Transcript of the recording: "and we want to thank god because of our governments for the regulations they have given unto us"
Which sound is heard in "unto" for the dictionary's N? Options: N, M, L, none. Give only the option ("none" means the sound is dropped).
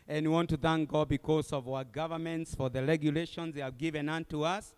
N